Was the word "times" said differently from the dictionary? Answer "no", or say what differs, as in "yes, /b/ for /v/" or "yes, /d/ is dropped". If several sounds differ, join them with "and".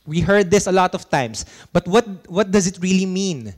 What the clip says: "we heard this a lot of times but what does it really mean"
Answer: yes, /s/ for /z/